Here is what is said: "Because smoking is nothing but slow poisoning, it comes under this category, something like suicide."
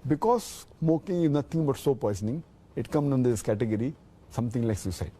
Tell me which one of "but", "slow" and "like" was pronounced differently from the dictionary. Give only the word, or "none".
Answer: slow